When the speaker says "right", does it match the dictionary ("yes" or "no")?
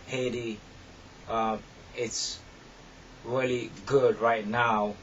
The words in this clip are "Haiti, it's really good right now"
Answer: yes